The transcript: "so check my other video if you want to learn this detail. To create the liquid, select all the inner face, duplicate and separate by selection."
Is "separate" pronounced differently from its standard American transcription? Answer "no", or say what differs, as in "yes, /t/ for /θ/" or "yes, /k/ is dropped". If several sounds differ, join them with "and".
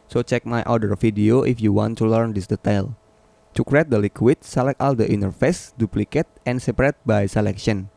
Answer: no